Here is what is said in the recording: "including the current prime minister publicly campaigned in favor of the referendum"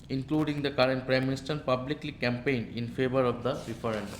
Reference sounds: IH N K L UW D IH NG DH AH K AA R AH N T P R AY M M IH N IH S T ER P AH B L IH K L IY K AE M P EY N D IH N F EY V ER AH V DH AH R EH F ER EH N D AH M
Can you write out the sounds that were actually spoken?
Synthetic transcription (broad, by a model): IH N K L UW D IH NG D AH K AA R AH N T P R AY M M IH N IH S T ER P AH B L IH K L IY K AE M P EY N D IH N F EY V ER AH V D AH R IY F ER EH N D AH